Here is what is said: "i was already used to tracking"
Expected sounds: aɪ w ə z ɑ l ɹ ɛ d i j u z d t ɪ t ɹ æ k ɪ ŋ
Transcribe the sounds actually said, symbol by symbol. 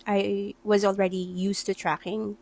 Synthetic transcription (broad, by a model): aɪ w ə z ɑ l ɹ ɛ d i j u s t ɪ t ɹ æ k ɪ ŋ